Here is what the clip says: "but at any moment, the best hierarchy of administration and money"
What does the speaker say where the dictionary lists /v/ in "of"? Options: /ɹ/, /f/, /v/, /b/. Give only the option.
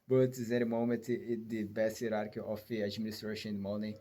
/f/